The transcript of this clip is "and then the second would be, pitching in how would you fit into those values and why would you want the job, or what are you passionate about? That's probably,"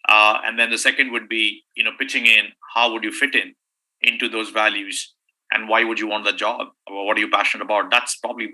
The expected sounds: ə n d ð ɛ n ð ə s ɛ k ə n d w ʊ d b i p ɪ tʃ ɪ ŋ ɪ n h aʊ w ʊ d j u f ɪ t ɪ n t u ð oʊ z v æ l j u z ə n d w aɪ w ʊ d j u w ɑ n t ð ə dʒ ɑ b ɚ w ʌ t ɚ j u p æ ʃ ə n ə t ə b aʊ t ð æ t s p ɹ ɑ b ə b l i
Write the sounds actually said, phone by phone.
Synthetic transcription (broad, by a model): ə n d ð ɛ n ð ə s ɛ k ə n d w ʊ d b i p ɪ tʃ ɪ ŋ ɪ n h aʊ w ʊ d j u f ɪ t ɪ n t u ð oʊ z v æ l j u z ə n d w aɪ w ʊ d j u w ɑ n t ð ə dʒ ɑ b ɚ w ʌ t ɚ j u p æ ʃ ə n ə t ə b aʊ t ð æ t s p ɹ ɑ b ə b l i